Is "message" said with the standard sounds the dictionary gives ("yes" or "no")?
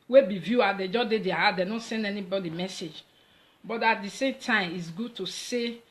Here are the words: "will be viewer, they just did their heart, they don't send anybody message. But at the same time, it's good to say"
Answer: yes